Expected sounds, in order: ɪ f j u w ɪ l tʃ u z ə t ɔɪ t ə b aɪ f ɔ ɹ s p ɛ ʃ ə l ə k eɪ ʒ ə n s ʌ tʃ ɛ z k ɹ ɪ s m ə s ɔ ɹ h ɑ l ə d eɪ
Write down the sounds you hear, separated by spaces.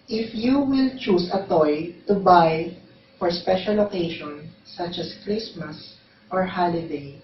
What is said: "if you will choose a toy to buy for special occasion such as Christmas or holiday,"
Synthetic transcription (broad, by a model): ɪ f j u w ɪ l tʃ u s ə t ɔɪ t ə b aɪ f ɔ ɹ s p ɛ ʃ ə l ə k eɪ ʃ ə n s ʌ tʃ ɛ s k ɹ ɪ s m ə s ɔ ɹ h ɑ l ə d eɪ